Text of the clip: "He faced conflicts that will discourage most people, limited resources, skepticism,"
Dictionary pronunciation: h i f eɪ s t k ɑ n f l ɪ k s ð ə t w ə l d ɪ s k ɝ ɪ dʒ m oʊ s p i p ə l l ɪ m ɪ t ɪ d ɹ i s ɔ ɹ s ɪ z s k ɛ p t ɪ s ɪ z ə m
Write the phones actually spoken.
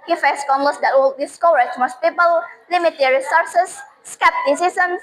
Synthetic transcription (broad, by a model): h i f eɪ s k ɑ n l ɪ s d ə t w ə l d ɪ s k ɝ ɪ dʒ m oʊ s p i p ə l l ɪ m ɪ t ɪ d ɹ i s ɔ ɹ s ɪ s k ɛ p t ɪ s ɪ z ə m